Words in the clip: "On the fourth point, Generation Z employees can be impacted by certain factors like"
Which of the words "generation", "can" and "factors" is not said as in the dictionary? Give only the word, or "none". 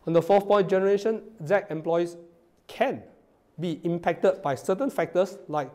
factors